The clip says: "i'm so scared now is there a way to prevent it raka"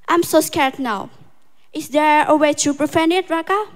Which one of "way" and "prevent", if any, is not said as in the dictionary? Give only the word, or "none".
prevent